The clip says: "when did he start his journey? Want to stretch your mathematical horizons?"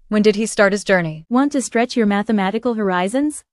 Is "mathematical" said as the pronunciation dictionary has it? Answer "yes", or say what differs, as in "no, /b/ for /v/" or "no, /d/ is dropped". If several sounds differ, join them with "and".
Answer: yes